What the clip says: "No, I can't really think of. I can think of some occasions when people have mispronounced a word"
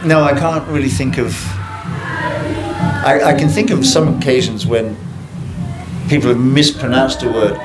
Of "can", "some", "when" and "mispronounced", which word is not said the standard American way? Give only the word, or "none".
none